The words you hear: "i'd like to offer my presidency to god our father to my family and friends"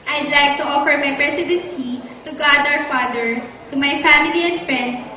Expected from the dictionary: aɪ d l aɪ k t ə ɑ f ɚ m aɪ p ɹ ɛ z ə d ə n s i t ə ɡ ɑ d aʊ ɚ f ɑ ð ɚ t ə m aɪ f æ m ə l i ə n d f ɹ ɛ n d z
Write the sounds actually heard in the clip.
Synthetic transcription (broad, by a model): aɪ d l aɪ k t ə ɑ f ɚ m aɪ p ɹ ɛ s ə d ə n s i t ə ɡ ɑ d aʊ ɚ f ɑ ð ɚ t ə m aɪ f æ m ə l i ə n d f ɹ ɛ n d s